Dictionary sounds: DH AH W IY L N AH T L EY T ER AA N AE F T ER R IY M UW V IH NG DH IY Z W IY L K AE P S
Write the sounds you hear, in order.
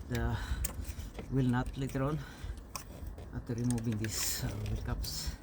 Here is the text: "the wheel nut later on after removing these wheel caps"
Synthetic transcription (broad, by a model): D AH W IY L N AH T L EY T ER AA N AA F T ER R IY M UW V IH NG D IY S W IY L K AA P S